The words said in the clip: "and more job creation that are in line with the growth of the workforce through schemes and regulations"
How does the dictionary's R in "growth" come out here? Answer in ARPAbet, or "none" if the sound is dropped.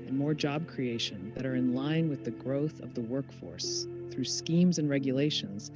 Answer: R